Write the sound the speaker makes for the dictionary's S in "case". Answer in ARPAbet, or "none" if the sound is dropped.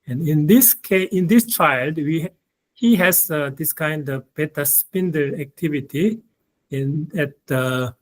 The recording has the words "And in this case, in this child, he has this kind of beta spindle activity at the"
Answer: none